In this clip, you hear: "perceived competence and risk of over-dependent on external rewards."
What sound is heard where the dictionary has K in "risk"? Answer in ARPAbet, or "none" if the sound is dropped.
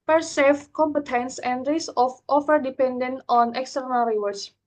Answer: none